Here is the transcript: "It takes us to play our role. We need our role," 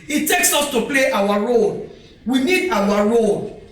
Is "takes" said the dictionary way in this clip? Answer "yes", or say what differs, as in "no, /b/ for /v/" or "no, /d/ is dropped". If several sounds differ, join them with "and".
yes